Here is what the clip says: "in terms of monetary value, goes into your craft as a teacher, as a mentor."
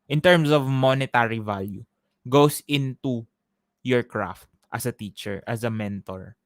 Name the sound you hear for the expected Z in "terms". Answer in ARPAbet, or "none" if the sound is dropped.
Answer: S